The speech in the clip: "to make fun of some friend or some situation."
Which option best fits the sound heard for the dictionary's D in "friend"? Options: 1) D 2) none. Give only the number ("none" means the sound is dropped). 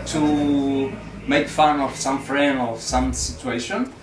2